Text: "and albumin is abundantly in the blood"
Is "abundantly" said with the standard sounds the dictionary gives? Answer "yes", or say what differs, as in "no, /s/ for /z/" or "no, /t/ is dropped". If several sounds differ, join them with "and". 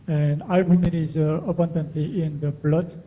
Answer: no, /l/ is dropped